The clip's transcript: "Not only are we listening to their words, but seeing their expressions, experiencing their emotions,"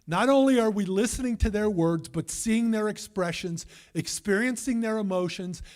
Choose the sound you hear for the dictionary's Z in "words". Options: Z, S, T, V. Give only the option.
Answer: Z